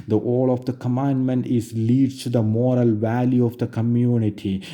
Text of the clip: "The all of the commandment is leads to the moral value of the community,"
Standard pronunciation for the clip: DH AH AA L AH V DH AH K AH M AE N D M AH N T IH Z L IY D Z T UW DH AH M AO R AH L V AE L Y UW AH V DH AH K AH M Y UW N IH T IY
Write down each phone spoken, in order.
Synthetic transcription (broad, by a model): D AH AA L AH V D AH K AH M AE N D M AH N T IH Z L IY D T UW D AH M AO R AH L V AE L Y UW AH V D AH K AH M Y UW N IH T IY